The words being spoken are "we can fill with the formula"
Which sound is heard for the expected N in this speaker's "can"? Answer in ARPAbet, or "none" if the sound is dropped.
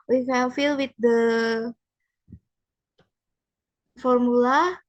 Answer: L